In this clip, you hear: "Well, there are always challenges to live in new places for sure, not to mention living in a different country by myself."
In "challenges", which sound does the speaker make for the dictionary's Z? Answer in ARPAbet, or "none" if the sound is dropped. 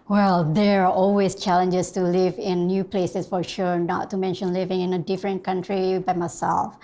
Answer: S